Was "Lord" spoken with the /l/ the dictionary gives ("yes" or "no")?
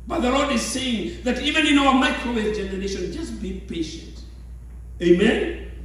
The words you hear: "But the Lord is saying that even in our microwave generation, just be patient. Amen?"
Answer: yes